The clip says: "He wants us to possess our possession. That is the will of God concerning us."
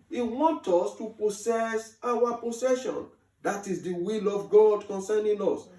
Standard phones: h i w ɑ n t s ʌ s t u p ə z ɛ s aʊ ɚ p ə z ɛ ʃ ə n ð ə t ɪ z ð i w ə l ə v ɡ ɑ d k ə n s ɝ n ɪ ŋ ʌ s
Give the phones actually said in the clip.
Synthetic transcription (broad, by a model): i w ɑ n t ɔ s t u p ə s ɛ s aʊ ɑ p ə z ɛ ʃ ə n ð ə t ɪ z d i w ə l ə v ɡ ɑ d k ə n s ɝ n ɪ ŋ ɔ s